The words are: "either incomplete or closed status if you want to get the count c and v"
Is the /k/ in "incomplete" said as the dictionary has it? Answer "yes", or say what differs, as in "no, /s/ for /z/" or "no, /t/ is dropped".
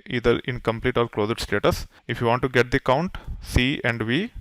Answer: yes